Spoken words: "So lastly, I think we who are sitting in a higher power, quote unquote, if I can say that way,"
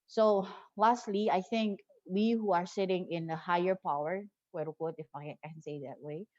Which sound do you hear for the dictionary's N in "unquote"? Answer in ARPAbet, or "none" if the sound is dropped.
none